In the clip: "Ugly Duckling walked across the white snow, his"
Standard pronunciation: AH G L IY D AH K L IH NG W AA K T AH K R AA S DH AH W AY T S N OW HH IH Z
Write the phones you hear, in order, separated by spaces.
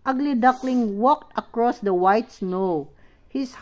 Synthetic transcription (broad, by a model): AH G L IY D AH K L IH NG W AA K T AH K R AA S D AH W AY T S N OW HH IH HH